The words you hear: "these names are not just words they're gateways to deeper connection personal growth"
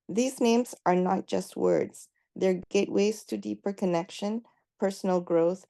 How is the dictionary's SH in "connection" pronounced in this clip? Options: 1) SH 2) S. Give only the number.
1